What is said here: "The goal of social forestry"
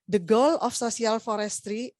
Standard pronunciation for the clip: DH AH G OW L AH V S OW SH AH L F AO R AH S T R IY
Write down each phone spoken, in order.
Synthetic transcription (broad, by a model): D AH G OW L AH F S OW S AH L F AO R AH S T R IY